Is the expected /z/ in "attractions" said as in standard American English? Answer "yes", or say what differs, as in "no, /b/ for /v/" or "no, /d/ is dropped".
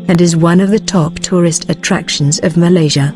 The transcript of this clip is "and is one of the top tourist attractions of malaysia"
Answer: yes